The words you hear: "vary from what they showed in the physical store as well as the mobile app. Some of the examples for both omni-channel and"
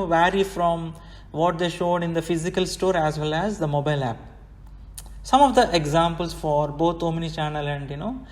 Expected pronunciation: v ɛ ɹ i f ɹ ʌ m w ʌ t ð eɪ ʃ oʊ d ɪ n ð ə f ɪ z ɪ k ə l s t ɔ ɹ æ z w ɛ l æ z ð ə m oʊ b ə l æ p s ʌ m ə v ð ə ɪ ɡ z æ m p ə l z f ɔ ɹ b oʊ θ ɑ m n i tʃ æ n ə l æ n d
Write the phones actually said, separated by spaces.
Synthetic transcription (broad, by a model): v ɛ ɹ i f ɹ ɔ m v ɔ t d eɪ ʃ oʊ d ɪ n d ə f ɪ z ɪ k ə l s t ɔ ɹ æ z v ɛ l æ z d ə m oʊ b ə l æ p s ʌ m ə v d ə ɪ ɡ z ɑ m p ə l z f ɔ ɹ b oʊ t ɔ m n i tʃ æ n ə l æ n d